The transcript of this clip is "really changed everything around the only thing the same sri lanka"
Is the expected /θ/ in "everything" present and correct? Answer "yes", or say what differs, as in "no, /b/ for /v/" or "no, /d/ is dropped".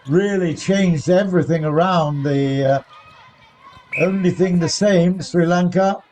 yes